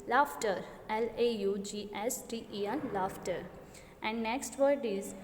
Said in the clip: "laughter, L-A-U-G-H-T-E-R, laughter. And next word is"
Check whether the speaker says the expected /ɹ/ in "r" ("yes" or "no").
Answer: no